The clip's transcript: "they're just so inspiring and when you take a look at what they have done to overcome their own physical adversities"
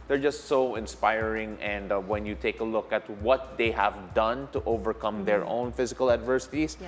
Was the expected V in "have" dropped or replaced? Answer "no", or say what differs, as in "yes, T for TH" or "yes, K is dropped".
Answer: no